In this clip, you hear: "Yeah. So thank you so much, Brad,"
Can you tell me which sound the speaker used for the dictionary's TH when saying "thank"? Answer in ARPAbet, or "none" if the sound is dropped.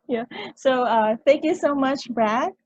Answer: TH